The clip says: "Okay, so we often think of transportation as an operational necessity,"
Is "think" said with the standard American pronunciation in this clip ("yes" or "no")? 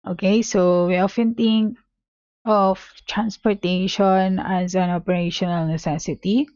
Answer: no